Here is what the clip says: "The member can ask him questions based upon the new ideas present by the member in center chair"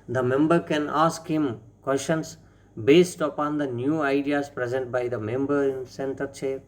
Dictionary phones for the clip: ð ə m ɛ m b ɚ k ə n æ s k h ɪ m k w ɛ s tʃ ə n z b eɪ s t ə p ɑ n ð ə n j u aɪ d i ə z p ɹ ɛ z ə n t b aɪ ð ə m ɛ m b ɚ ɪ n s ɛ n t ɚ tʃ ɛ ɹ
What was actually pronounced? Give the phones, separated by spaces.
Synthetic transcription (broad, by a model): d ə m ɛ m b ɚ k ə n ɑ s k h ɪ m k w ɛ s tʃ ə n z b eɪ s t ə p ɑ n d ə n j u aɪ d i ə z p ɹ ɛ z ə n t b aɪ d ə m ɛ m b ɚ ɪ n s ɛ n t ɚ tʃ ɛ